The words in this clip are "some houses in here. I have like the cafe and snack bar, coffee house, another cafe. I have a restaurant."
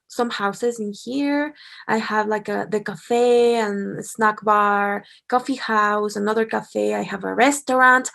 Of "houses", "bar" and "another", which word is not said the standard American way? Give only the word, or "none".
none